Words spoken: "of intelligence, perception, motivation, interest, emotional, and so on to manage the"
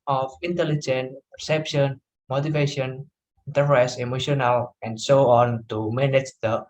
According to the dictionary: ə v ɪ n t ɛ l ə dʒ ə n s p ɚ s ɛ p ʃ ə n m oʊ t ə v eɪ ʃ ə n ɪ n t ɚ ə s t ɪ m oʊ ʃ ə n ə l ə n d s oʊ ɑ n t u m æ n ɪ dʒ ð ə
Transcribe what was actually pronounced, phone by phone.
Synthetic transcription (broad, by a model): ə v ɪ n t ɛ l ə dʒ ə n p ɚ s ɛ p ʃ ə n m oʊ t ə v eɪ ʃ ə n n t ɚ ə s ɪ m oʊ ʃ ə n ə l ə n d s oʊ ɑ n t u m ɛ n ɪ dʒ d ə